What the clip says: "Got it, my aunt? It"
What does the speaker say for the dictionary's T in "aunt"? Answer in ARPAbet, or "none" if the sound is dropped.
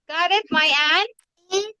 none